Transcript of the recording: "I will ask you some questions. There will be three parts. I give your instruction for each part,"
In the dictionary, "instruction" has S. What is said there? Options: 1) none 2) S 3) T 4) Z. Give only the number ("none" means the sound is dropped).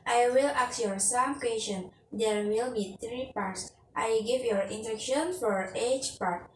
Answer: 1